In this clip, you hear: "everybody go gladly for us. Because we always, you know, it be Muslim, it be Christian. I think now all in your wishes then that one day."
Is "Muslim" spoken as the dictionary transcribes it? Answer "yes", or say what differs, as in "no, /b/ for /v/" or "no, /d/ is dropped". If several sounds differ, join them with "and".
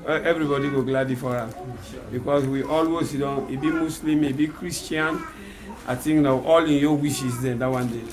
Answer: no, /s/ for /z/